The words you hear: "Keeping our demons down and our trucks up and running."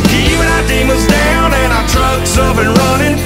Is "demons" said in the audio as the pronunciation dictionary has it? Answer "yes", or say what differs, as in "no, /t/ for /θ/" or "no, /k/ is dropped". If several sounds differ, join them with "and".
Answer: no, /n/ is dropped